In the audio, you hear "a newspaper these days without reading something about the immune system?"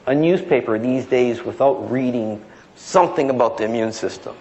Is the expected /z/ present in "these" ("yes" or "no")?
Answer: yes